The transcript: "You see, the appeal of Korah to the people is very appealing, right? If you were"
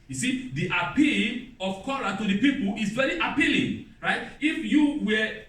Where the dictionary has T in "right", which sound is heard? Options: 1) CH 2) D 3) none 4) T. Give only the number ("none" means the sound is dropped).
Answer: 4